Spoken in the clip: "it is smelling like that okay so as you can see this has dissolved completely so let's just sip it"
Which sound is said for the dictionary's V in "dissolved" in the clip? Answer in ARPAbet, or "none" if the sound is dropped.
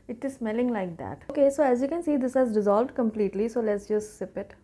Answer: V